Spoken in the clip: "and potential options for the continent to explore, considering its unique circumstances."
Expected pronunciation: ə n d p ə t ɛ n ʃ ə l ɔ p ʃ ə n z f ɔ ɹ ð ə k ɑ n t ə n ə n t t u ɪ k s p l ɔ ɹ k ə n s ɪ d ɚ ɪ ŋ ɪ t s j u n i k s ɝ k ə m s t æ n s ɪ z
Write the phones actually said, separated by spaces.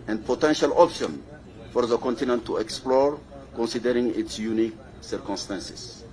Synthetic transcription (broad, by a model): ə n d p ə t ɛ n ʃ ə l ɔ p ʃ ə n f ɔ ɹ ð ə k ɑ n t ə n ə n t t u ɪ k s p l ɔ ɹ k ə n s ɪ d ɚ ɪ ŋ ɪ t s j u n i k s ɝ k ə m s t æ n s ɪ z